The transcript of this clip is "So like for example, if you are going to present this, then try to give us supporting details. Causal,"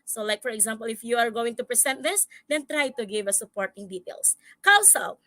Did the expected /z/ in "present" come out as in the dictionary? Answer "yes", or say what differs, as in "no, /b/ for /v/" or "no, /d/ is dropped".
no, /s/ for /z/